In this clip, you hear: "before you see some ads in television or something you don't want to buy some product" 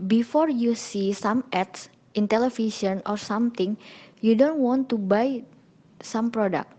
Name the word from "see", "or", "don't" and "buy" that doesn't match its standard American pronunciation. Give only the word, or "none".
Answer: none